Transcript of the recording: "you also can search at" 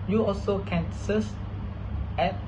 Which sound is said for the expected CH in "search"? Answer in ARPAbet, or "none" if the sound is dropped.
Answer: S